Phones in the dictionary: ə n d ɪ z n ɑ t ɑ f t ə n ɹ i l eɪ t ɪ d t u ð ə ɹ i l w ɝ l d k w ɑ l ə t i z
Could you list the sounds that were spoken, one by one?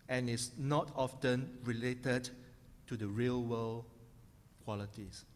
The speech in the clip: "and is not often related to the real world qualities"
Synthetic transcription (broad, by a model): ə n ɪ s n ɑ t ɑ f t ə n ɹ i l eɪ t ɪ d t u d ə ɹ i l w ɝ l k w ɑ l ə t i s